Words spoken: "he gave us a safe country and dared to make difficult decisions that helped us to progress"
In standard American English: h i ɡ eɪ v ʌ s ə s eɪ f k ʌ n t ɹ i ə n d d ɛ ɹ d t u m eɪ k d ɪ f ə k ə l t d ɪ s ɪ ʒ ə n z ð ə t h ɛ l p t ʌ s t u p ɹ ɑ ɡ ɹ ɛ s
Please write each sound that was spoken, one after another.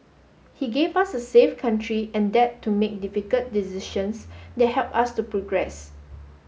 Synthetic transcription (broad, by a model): h i ɡ eɪ v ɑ s ə s eɪ f k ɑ n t ɹ i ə n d d ɛ t u m eɪ k d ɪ f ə k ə l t d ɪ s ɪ ʃ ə n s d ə t h ɛ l p ɑ s t u p ɹ ɑ ɡ ɹ ɛ s